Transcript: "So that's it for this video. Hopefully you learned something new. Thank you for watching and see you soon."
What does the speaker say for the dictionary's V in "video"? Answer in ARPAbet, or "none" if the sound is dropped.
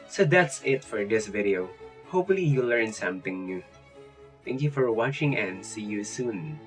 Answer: V